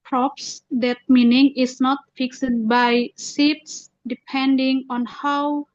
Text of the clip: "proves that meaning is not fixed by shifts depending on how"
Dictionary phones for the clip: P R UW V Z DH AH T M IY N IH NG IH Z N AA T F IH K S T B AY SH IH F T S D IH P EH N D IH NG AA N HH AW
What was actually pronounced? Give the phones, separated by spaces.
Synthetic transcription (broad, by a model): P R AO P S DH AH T M IY N IH NG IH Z N AA T F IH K S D B AY S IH T S D IH P EH N D IH NG AA N HH AW